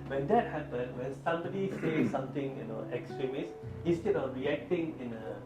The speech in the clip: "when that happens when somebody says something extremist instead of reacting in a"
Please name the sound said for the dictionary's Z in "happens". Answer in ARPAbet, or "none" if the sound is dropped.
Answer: none